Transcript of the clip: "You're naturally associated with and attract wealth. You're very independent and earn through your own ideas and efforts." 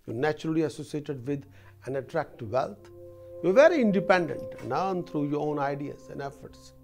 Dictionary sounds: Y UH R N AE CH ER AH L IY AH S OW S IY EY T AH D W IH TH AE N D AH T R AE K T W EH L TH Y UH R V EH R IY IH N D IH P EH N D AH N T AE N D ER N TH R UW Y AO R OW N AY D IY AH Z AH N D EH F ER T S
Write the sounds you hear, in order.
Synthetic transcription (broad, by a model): Y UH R N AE CH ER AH L IY AH S OW S IY EY T AH D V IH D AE N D AH T R AE K T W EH L T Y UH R V EH R IY IH N D IH P EH N D AH N T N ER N T R UW Y AO R OW N AY D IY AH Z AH N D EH F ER T S